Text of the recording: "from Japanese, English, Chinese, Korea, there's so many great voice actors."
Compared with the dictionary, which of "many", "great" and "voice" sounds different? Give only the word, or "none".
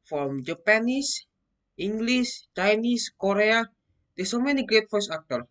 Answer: voice